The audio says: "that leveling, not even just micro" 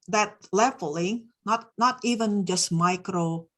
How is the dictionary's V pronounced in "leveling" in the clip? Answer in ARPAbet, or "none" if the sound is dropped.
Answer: F